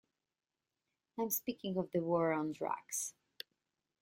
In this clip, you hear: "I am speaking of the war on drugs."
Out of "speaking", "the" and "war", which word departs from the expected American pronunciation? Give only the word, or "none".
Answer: none